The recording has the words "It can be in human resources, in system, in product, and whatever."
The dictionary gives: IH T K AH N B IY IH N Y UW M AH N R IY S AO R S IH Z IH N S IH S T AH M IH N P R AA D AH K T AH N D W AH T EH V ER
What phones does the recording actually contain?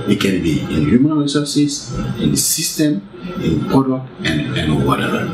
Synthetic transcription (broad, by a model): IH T K AH N B IY IH N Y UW M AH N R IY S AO S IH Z IH N S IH S T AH M IH N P AA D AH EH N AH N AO W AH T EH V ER